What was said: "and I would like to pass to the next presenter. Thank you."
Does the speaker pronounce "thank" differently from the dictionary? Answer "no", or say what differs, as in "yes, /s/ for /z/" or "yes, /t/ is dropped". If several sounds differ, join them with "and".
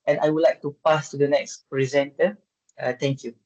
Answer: yes, /t/ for /θ/